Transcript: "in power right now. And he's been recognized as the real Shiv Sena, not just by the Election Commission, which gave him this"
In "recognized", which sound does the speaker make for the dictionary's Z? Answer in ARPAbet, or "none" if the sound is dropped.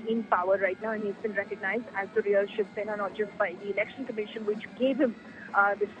Z